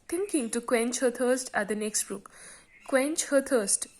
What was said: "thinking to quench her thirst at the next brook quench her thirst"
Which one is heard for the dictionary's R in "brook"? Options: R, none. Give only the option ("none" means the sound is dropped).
none